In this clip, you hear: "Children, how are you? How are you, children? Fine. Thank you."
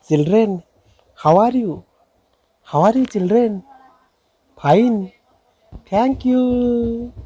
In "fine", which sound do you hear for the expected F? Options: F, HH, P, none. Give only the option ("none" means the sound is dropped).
P